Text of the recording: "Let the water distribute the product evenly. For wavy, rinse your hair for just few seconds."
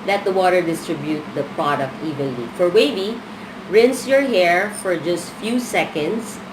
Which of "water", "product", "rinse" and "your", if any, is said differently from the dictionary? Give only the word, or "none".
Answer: none